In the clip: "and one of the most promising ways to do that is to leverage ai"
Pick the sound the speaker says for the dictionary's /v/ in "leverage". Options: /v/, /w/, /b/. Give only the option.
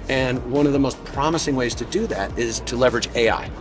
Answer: /v/